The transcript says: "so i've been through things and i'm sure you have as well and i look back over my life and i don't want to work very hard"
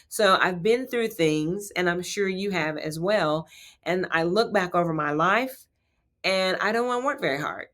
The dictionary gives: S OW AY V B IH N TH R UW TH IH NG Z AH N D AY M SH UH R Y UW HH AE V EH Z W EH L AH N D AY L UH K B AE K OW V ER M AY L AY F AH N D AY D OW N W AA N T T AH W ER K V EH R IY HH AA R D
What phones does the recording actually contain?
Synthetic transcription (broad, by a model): S OW AY V B IH N TH R UW TH IH NG Z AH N AY M SH UH R Y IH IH V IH Z W EH L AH N AY L UH K B AE K OW V ER M AY L AY F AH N AY D OW N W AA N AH W ER K V EH R IY HH AA R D